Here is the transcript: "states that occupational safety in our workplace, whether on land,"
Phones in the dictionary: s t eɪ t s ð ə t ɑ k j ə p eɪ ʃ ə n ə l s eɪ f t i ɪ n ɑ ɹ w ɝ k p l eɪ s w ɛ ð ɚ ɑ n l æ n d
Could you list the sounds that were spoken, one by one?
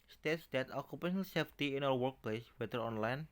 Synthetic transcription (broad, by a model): s t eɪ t s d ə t ɑ k j ə p eɪ ʃ ə n ə l s eɪ f t i ɪ n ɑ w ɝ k p l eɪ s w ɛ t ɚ ɑ n l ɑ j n